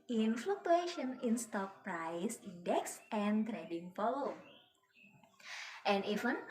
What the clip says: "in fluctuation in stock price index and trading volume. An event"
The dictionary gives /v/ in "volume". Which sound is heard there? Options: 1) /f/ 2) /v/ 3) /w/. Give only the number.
1